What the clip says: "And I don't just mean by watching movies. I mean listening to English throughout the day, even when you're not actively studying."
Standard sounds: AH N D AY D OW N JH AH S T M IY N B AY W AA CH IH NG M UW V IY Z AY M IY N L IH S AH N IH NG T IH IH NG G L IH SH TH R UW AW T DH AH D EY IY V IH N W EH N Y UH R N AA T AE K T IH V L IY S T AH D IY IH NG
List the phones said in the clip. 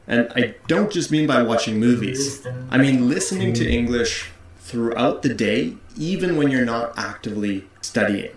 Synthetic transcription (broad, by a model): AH N AY D OW N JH AH S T M IY N B AY W AA CH IH NG M UW V IY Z AY M IY N L IH S AH N IH NG T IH IH NG G L IH SH TH R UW AW T DH AH D EY IY V IH N W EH N Y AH R N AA T AE K T IH V L IY S T AH D IY IH NG